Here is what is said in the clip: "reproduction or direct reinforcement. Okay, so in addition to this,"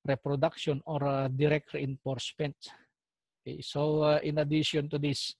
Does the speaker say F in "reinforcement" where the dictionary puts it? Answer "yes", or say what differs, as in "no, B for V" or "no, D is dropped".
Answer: no, P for F